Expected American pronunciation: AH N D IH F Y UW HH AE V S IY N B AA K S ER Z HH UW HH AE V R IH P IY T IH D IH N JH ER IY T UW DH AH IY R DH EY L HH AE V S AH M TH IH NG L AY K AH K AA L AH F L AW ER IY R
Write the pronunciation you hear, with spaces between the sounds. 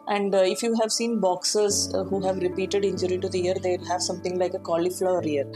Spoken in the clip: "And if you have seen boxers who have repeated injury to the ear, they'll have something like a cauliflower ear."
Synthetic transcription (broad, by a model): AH N D IH F Y UW HH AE V S IY N B AA K S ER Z HH UW HH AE V R IH P IY T IH D IH N JH ER IY T UW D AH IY R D EY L HH AE V S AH M T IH NG L AY K AH K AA L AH F L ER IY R